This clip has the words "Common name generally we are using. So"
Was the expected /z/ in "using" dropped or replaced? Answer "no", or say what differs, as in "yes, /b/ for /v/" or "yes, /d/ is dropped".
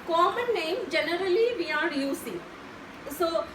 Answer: yes, /s/ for /z/